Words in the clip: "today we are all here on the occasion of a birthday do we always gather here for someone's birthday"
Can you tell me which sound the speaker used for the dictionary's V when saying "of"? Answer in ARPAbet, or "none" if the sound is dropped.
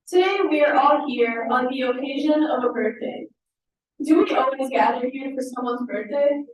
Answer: V